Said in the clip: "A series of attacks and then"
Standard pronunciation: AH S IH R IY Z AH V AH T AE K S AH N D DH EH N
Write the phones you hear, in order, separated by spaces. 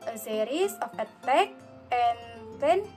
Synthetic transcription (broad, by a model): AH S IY R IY S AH F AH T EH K AH N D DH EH N